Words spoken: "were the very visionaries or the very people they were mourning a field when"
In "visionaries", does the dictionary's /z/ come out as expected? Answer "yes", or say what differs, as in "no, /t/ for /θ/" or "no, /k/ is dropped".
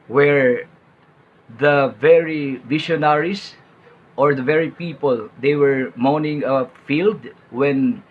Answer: no, /s/ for /z/